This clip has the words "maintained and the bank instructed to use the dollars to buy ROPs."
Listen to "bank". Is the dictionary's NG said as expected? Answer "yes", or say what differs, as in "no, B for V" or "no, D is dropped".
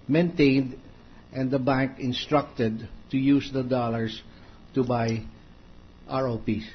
yes